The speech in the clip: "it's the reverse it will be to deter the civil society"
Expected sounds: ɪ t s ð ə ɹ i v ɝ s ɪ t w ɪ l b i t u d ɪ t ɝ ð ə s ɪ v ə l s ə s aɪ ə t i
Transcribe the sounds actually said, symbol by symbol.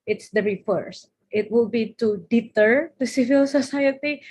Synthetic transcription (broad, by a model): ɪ t s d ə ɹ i f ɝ s ɪ t w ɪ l b i t u d ɪ t ɝ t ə s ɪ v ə l s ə s aɪ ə t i